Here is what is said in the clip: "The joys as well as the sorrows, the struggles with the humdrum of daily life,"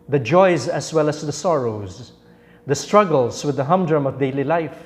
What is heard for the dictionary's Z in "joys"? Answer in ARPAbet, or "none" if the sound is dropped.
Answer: Z